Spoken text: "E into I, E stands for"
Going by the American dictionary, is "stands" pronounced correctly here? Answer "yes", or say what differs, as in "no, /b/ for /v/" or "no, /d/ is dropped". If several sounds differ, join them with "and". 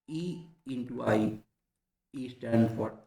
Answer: no, /n/ is dropped